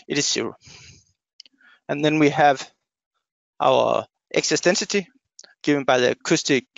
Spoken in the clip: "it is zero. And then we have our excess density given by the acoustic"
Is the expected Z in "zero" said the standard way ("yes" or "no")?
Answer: no